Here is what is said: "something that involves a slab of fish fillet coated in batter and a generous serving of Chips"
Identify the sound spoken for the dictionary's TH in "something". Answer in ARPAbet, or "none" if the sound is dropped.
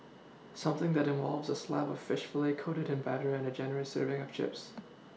TH